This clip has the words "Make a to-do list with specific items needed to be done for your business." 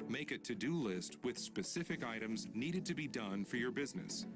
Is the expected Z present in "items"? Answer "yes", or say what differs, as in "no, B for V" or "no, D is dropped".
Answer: yes